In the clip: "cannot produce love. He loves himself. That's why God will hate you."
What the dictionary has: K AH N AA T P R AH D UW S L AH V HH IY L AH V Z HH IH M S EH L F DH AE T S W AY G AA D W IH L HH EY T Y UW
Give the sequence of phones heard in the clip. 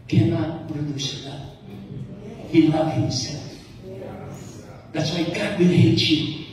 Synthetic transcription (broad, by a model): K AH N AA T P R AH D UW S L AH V HH IY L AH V HH IH M S EH L F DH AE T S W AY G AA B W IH N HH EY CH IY